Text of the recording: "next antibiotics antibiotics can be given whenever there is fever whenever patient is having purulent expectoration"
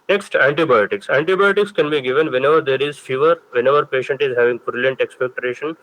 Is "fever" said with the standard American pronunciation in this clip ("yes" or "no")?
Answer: yes